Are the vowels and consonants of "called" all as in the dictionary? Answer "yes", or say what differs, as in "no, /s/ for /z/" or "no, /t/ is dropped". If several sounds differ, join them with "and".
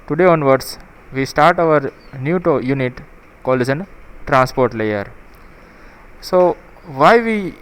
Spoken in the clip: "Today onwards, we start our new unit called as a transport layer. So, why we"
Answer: no, /d/ is dropped